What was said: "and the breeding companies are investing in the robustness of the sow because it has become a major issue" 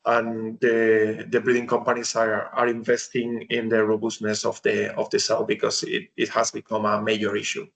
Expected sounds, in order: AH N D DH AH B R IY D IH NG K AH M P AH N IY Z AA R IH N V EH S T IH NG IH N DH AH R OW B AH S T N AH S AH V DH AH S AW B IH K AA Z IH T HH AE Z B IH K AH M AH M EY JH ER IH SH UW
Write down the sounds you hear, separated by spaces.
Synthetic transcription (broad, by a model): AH N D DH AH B R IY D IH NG K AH M P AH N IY S AA R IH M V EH S T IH NG IH N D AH R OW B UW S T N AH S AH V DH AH S AW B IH K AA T IH T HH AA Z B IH K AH M AH M EY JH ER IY SH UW